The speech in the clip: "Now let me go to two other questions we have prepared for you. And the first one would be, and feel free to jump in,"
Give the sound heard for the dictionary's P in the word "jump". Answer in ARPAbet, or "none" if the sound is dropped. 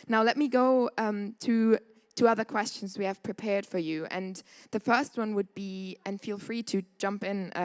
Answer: P